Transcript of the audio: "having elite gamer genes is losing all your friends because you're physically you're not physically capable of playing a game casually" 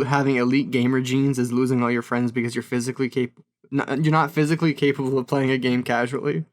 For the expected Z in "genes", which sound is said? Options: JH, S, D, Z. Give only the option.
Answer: Z